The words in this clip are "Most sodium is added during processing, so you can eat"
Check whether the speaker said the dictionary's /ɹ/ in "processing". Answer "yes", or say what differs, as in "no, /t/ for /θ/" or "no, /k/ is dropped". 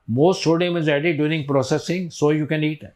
yes